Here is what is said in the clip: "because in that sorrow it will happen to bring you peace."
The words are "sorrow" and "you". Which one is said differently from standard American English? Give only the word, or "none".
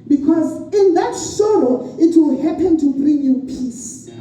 sorrow